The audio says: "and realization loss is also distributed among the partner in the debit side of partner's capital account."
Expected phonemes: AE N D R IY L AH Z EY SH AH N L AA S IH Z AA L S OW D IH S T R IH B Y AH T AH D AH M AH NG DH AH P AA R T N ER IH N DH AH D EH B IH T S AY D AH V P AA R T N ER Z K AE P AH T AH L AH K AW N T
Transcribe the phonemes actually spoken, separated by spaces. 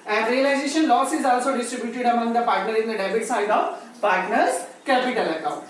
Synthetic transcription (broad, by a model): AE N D R IY L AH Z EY SH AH N L AA S IH Z AA L S OW D IH S T R IH B Y AH T AH D AH M AH NG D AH P AA R T N ER IH N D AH D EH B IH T S AY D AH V P AA R T N ER Z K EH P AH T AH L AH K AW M